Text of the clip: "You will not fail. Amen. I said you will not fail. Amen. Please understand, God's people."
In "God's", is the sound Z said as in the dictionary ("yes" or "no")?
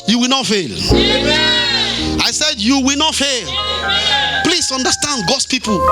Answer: no